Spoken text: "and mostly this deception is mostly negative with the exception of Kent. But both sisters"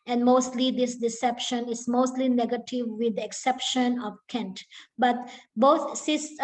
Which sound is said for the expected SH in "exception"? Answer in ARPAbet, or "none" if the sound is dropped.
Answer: SH